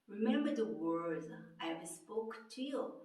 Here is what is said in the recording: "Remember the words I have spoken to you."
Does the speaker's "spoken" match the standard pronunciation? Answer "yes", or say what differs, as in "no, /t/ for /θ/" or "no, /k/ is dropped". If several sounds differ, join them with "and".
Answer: no, /k/ is dropped